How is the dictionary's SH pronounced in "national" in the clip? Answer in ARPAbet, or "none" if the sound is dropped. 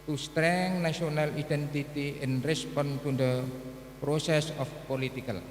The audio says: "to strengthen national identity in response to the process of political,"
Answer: none